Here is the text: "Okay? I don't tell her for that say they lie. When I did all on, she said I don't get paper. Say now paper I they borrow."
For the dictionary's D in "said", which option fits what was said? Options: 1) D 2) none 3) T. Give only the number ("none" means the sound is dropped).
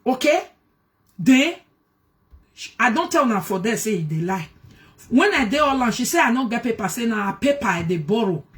2